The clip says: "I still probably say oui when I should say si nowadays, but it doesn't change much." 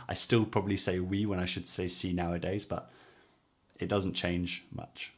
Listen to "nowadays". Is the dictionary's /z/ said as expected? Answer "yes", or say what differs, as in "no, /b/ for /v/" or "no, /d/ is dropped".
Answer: yes